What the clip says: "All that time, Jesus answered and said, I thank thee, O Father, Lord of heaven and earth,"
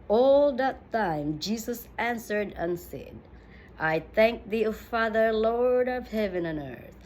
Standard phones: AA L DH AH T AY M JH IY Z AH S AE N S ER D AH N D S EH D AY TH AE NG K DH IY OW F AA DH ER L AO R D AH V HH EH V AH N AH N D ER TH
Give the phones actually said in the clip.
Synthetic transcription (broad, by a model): AA L DH AH T AY M JH IY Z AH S AE N S ER D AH N S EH D AY TH AE NG K DH IY OW F AA DH ER L AO R D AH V HH EH V AH N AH N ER TH